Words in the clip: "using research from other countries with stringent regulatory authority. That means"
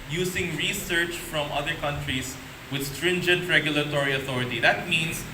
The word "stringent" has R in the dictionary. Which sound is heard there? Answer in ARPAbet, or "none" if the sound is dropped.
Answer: R